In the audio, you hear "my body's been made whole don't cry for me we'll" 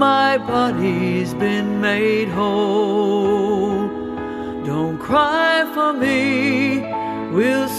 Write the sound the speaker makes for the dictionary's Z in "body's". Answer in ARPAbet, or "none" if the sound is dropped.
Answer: Z